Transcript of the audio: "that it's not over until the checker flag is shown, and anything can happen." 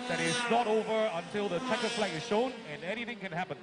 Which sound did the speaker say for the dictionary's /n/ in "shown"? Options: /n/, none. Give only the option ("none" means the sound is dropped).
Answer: /n/